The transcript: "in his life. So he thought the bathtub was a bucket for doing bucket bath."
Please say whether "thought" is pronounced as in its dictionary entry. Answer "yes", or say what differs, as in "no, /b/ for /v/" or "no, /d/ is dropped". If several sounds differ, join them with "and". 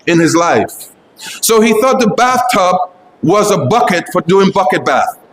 yes